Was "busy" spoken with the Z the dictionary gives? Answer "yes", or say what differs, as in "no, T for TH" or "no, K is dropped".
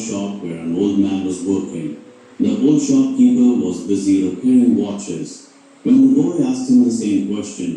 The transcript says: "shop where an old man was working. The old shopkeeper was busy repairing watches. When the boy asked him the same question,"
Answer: yes